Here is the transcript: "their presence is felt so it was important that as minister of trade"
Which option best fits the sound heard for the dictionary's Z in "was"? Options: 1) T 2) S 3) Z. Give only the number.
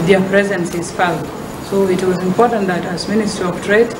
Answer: 3